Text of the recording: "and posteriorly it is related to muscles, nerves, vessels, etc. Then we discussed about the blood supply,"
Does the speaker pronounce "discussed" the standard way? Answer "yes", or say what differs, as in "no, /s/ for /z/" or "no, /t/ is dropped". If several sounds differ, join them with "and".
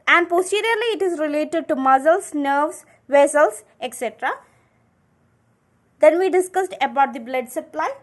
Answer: yes